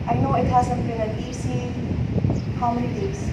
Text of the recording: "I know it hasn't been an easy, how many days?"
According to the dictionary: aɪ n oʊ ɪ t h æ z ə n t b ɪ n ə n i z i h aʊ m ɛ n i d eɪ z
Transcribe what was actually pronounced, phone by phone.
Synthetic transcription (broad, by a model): aɪ n oʊ ɪ t h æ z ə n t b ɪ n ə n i s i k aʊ m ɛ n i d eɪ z